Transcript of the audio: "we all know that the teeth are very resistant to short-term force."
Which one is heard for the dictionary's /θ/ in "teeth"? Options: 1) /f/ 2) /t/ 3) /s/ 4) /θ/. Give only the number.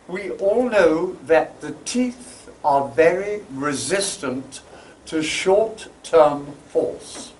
4